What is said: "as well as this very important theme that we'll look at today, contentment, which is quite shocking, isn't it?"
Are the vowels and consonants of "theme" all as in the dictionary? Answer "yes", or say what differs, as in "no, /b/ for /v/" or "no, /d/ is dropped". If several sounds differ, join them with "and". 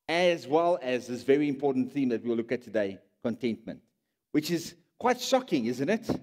yes